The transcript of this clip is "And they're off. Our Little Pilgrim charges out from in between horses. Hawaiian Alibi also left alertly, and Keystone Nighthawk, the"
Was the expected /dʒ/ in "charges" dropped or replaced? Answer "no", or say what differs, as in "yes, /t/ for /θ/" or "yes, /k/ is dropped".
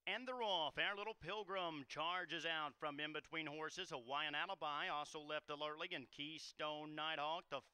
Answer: no